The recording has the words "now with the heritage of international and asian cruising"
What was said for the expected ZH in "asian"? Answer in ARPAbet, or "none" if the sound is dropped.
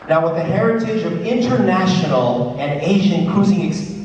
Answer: ZH